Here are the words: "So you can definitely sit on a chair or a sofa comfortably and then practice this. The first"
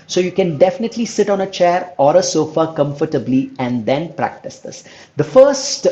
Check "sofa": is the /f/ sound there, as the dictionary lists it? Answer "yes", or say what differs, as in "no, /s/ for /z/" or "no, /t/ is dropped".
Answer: yes